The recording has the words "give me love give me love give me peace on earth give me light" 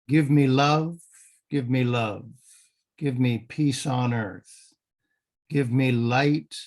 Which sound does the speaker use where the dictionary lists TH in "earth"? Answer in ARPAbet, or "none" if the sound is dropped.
TH